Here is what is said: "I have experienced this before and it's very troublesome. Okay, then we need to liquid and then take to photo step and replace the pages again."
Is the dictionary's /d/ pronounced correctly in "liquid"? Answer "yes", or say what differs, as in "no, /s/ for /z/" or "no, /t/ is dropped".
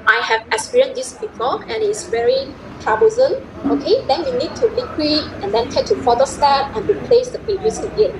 no, /d/ is dropped